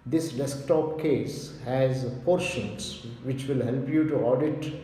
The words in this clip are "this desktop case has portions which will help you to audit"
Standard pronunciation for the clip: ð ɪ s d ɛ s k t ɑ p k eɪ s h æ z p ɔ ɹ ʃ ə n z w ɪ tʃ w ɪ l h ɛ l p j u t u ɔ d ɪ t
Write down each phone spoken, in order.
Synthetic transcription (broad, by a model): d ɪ s d ɛ s k t ɑ p k eɪ s h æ z p ɔ ɹ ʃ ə n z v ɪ tʃ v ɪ l h ɛ l p j u t u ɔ d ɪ t